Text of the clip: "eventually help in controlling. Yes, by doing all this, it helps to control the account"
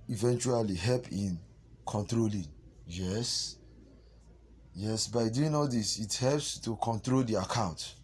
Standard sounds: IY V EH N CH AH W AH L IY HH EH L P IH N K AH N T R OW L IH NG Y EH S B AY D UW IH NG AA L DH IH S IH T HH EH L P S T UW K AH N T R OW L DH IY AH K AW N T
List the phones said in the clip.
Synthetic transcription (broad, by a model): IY V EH N CH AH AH L IY HH EH L P IH N K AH N T R OW L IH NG Y EH S B AY D UW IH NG AA L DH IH S IH T HH EH L P S T UW K AH N T R OW L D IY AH K AW N T